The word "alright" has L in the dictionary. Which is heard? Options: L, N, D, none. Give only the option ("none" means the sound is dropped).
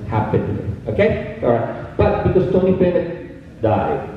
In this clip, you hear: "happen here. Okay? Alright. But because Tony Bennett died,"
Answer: none